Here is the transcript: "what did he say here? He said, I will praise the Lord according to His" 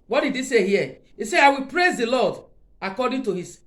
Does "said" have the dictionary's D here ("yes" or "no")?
no